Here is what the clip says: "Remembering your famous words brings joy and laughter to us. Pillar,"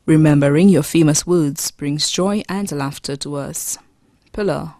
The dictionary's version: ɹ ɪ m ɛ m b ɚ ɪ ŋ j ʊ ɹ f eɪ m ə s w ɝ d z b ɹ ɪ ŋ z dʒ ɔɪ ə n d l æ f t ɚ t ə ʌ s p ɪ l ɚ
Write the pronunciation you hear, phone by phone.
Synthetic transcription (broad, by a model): ɹ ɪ m ɛ m b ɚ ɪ ŋ j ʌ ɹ f eɪ m ə s w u d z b ɹ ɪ ŋ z dʒ ɔɪ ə n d l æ f t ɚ t ə ʌ s p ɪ l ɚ